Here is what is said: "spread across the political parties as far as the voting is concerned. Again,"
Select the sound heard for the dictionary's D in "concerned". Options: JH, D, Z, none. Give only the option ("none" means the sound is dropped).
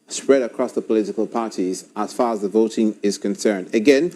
D